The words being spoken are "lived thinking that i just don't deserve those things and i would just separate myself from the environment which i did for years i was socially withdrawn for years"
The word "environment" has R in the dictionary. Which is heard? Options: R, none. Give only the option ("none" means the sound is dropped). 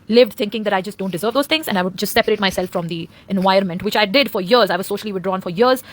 none